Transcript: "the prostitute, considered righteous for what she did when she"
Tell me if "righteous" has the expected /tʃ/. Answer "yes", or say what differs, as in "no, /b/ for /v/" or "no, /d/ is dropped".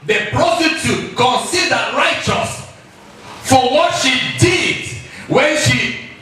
yes